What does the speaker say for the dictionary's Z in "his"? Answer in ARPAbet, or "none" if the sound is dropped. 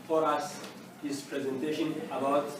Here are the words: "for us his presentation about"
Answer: S